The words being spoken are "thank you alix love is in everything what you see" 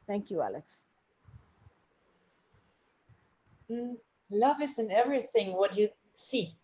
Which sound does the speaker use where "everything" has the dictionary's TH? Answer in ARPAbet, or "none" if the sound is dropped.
TH